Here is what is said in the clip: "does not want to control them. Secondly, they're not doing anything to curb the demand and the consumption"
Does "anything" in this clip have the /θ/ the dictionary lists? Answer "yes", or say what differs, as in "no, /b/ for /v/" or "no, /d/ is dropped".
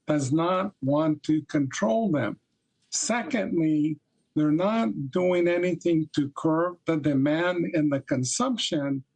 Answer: yes